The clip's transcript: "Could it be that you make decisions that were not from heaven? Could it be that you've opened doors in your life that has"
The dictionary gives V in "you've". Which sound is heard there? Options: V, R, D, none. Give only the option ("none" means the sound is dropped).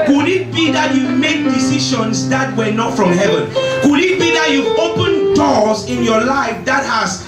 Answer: none